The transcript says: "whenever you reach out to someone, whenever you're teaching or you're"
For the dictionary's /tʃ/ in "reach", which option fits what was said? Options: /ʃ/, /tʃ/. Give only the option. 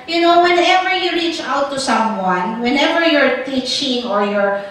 /tʃ/